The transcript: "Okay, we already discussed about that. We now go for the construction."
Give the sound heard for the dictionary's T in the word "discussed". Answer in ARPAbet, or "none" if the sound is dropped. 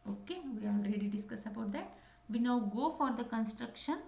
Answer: none